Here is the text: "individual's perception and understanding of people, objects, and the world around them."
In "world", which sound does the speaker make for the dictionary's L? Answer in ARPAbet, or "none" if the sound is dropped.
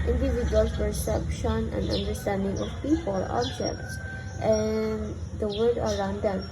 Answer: none